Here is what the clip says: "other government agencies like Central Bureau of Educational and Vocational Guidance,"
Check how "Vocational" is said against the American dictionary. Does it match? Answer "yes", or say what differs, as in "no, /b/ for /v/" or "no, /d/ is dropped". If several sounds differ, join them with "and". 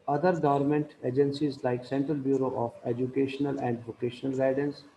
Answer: yes